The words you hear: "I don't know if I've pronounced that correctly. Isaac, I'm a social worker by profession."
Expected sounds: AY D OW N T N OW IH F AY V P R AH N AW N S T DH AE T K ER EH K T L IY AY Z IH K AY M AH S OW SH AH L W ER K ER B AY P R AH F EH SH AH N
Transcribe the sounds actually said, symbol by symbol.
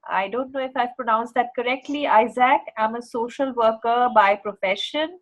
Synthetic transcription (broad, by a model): AY D OW N T N OW IH F AY V P R AH N AW N S T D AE T K ER EH K T L IY AY Z IH K AY M AH S OW SH AH L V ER K ER B AY P R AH F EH SH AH N